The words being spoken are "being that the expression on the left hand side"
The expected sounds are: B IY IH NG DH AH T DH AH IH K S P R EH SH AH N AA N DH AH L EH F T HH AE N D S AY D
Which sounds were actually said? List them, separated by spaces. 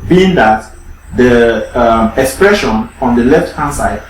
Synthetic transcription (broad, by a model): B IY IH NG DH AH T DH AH IH K S P R EH SH AH N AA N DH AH L EH F T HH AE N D S AY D